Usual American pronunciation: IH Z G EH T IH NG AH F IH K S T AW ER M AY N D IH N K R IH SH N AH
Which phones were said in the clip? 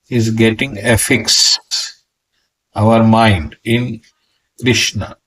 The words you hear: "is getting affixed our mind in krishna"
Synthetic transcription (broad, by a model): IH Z G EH T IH NG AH F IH K S AW ER M AY N D IH N K R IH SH N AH